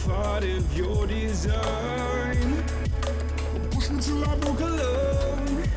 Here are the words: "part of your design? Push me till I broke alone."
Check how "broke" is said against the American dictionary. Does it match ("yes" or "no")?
no